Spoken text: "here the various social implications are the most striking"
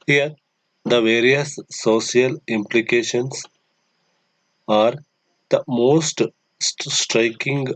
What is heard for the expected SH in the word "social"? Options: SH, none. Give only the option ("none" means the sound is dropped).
none